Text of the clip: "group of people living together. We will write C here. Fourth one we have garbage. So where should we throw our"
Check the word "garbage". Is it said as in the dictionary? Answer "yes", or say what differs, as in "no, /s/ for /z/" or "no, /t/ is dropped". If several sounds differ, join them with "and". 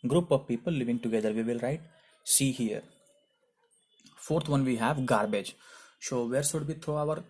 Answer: yes